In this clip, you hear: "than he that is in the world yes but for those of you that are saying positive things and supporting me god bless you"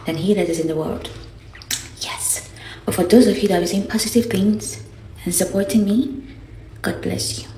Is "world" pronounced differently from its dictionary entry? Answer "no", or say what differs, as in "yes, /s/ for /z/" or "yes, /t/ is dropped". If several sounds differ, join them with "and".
no